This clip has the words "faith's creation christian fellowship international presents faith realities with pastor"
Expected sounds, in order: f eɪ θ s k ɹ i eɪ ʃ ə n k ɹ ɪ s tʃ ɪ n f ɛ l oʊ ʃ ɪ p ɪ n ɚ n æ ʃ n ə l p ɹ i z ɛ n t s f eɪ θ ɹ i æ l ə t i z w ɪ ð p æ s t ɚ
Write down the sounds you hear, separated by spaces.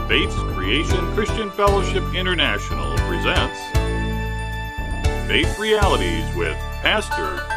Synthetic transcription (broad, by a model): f eɪ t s k ɹ i eɪ ʃ ə n k ɹ ɪ s tʃ ɪ n f ɛ l oʊ ʃ ɪ p ɪ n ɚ n æ ʃ n l p ɹ i z ɛ n t s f eɪ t ɹ i æ l ə t i z w ɪ ð p æ s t ɚ